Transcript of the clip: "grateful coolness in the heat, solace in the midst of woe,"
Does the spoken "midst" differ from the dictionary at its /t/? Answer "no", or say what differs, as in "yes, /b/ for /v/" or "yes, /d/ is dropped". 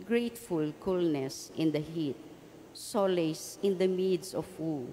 yes, /t/ is dropped